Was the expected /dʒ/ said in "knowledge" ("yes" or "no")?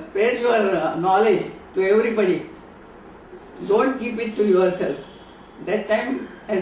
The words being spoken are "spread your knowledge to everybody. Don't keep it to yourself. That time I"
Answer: yes